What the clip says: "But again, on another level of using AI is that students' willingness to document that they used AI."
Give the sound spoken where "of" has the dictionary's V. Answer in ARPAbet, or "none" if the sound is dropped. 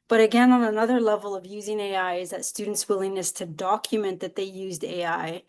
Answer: V